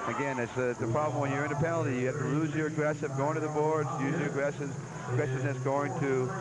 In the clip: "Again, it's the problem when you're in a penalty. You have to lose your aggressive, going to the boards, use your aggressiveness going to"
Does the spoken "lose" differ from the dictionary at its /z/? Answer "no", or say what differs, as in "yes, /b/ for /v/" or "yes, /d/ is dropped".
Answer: no